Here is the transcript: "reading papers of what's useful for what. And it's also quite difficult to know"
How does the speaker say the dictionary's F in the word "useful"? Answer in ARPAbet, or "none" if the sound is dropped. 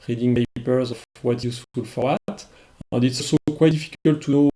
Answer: none